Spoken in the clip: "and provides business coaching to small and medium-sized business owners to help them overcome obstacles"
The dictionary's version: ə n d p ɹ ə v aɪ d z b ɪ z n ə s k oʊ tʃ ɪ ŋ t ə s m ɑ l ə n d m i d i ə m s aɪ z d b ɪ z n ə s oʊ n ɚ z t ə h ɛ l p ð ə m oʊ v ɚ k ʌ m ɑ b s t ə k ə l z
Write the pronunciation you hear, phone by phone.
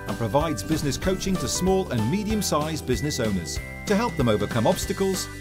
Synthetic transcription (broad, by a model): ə n p ɹ ə v aɪ d z b ɪ z n ə s k oʊ tʃ ɪ ŋ t ə s m ɑ l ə n m i d i ə m s aɪ z b ɪ z n ə s oʊ n ɚ z t ə h ɛ l p ð ə m oʊ v ɚ k ʌ m ɑ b s t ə k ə l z